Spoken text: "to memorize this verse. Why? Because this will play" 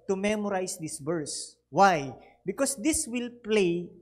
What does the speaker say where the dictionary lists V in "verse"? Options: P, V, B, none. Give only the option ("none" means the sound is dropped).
B